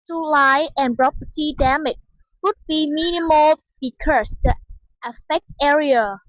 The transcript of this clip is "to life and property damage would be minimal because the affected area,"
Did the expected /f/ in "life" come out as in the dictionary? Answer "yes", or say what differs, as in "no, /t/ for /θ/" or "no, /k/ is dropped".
no, /f/ is dropped